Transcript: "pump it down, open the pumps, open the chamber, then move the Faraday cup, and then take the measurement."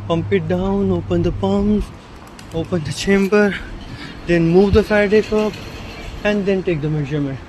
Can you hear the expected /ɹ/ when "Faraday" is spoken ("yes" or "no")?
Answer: no